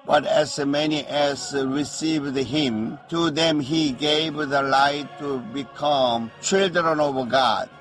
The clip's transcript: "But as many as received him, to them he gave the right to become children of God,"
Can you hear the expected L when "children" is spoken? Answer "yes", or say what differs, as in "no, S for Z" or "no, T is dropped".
yes